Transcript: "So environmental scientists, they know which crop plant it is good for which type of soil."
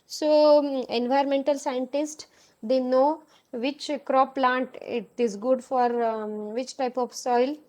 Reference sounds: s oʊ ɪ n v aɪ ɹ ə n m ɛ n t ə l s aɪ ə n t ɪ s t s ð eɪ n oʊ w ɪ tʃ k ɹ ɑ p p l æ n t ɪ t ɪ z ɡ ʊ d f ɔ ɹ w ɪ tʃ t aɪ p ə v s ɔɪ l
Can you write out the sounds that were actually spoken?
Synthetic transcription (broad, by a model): s oʊ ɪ n v aɪ ə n m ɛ n t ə l s aɪ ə n t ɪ s t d eɪ n oʊ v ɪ tʃ k ɹ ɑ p p l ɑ n t ɪ t ɪ z ɡ ʊ d f ɔ ɹ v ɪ tʃ t aɪ p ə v s ɔɪ l